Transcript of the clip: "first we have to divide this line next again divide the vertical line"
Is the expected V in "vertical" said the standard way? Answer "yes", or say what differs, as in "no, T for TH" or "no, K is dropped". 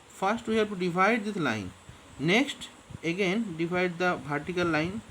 no, B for V